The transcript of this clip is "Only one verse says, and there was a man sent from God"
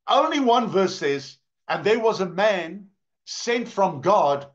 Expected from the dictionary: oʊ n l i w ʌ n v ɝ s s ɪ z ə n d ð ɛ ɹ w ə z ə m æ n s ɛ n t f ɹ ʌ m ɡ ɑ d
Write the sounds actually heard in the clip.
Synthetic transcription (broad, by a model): oʊ n l i w ʌ n v ɝ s s ɪ z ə n ð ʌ ɹ w ə z ə m æ n s ɛ n t f ɹ ʌ m ɡ ɑ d